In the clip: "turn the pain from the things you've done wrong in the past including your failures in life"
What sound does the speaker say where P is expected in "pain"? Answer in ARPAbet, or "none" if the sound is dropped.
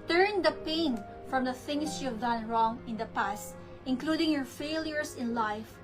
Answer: P